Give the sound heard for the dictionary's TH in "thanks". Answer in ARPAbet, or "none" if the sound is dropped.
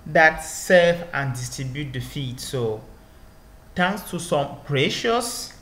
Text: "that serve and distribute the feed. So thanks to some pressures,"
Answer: T